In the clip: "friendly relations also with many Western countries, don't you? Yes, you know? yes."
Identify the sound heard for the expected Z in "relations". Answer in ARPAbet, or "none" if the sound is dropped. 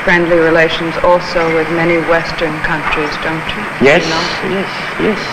Z